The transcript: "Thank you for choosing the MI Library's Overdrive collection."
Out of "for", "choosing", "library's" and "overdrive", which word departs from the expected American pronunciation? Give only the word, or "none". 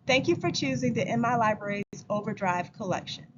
none